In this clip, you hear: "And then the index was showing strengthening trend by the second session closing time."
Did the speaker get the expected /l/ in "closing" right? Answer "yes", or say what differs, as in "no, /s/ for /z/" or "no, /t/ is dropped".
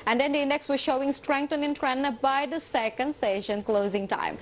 yes